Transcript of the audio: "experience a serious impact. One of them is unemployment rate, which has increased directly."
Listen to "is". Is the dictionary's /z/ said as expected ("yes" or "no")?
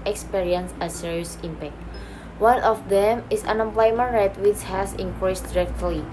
no